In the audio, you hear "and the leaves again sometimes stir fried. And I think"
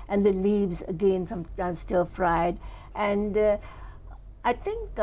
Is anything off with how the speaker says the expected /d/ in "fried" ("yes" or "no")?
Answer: no